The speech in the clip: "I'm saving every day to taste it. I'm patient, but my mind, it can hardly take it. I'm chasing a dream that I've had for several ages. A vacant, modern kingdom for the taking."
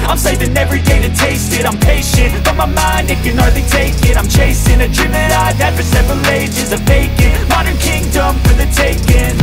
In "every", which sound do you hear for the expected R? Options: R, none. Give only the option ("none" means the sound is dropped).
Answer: R